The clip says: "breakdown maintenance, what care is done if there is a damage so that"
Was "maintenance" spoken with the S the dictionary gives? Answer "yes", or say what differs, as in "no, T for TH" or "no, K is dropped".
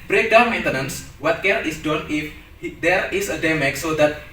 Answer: yes